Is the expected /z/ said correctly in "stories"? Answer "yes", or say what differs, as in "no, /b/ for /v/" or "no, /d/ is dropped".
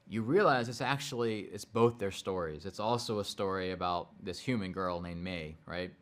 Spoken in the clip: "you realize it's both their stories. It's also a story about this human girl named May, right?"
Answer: yes